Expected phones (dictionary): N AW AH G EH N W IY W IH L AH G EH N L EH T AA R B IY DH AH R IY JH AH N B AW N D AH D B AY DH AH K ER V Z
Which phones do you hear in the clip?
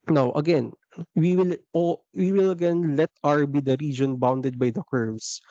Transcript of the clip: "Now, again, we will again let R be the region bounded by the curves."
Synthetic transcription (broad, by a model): N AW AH G EH N W IY W IH L AH G EH N L EH T AA R B IY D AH R IY JH AH N B AW N D AH D B AY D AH K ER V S